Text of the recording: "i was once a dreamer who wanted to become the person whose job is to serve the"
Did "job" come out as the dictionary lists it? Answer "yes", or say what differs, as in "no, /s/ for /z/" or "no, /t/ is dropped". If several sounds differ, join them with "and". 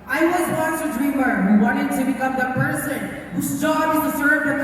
no, /b/ is dropped